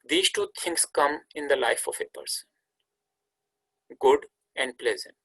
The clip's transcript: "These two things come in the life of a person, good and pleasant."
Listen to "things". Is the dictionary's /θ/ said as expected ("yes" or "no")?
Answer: no